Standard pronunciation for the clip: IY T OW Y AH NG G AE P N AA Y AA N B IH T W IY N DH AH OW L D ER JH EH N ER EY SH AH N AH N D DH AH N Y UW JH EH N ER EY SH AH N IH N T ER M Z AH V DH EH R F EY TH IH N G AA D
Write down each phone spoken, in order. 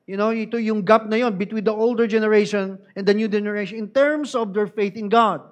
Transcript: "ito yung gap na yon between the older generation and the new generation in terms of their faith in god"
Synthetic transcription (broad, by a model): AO T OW Y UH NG G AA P N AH Y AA N B IH T W IY N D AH OW L D ER JH EH N ER EY SH AH N AH N D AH N Y UW JH EH N ER EY SH AH N IH N T ER M S AH V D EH R F EY TH IH N G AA D